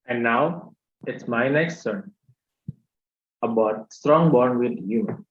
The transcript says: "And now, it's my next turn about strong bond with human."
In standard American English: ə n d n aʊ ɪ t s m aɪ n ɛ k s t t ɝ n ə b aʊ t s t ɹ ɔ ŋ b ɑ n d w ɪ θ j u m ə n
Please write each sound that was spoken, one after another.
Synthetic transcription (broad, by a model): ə n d n aʊ ɪ t s m aɪ n ɛ k s t s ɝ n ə b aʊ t s t ɹ ɔ ŋ b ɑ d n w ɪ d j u m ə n